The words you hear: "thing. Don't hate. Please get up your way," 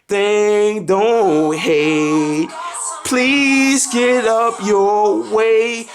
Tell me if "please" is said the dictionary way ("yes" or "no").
yes